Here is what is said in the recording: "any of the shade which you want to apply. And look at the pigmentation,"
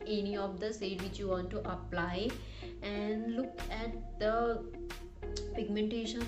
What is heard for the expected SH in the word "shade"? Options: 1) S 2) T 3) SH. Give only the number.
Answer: 1